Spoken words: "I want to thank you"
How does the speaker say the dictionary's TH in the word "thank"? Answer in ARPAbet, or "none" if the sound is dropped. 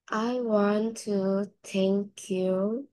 T